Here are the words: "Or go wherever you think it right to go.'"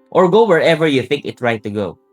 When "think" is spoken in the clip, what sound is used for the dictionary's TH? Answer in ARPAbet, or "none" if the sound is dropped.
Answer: TH